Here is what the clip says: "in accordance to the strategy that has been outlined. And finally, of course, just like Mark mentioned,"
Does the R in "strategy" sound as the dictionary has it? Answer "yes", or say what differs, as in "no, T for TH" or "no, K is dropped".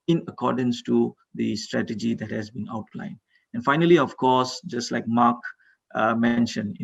yes